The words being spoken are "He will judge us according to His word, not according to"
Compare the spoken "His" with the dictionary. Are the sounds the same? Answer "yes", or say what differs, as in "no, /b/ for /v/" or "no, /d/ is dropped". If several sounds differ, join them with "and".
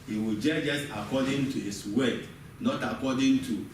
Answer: no, /s/ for /z/